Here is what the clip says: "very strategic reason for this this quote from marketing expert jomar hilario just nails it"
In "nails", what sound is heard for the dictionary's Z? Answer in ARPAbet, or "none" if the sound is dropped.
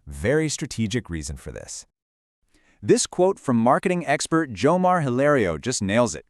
Z